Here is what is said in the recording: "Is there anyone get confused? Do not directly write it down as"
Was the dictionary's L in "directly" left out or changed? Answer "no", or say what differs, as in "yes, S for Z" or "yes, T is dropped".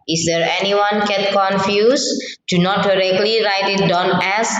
no